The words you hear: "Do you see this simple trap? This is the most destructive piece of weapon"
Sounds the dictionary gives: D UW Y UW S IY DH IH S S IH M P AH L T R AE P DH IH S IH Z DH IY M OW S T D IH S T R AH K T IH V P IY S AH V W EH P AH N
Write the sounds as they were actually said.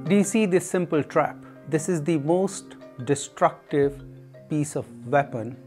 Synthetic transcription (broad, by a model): D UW Y UW S IY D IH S S IH M P AH L T R AE P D IH S IH Z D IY M OW S T D IH S T R AH K T IH V P IY S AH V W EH P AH N